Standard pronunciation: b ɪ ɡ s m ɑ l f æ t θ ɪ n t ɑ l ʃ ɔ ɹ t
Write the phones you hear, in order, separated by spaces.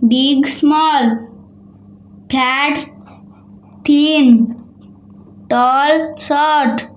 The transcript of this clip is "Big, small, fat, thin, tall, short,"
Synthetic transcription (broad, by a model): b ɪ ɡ s m ɑ l p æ t t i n t ɑ l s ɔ ɹ t